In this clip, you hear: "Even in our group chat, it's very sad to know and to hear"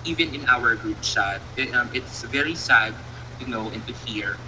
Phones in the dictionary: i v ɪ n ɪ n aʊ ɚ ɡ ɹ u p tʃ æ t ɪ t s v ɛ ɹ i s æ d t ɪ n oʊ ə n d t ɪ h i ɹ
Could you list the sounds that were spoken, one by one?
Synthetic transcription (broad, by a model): i v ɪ n ɪ n aʊ ɚ ɡ ɹ u p ʃ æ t ɪ t s v ɛ ɹ i s æ d t ɪ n oʊ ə n t ɪ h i ɹ